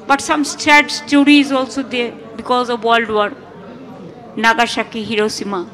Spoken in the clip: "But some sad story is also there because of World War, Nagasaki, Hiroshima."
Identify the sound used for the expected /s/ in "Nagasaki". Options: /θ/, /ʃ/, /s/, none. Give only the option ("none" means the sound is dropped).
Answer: /ʃ/